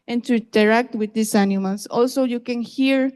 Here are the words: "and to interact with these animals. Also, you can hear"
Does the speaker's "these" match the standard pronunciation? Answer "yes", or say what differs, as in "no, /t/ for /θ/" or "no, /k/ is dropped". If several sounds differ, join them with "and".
no, /s/ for /z/